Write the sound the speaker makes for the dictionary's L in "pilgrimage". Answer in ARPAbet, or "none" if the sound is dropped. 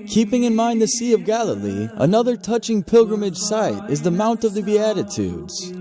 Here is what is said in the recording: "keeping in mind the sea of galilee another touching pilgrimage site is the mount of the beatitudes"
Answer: L